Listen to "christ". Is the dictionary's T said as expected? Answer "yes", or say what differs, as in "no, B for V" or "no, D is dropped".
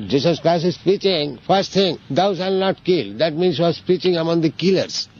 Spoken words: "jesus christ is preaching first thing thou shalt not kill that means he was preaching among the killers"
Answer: no, T is dropped